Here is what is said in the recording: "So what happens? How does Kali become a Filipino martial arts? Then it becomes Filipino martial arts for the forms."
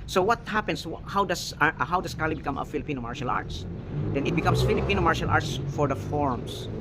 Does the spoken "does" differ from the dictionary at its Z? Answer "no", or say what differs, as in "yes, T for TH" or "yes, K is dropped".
yes, S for Z